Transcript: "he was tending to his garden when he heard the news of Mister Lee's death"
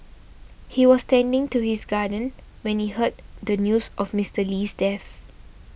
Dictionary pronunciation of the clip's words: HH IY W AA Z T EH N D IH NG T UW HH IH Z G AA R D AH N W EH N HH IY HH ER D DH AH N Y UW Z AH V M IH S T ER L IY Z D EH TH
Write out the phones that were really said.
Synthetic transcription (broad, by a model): HH IY W AA S T EH N D IH NG T UW HH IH S G AA D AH N W EH N HH IY HH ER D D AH N Y UW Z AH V M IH S T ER L IY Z D EH F